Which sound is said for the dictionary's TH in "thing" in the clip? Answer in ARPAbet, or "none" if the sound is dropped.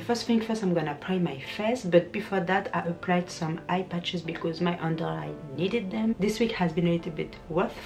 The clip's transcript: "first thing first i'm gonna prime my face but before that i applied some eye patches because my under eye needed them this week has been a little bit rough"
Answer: F